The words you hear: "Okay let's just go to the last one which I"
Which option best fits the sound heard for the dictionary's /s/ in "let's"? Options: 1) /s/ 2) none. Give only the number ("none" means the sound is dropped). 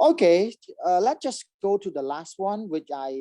2